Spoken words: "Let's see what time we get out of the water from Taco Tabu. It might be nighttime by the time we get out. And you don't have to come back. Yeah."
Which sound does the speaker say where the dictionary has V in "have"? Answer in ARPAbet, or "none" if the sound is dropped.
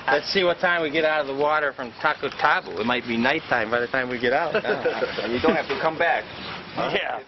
F